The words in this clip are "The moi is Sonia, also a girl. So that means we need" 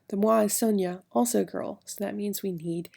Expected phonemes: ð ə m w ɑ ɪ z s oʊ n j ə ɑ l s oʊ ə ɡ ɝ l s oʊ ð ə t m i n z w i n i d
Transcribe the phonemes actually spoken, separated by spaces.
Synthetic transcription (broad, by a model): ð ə m w ɑ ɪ s oʊ n j ə ɑ l s oʊ ə ɡ ɝ l s oʊ ð ə t m i n z w i n i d